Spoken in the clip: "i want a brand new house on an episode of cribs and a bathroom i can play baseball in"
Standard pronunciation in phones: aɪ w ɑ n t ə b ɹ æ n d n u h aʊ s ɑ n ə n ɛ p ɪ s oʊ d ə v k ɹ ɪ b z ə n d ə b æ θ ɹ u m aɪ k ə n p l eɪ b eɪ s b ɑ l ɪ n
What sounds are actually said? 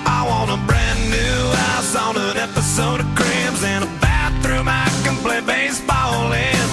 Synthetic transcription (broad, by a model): aɪ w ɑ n ə b ɹ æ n n u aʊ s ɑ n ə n ɛ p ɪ s oʊ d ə k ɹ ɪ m z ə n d ə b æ θ ɹ u m aɪ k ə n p l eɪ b eɪ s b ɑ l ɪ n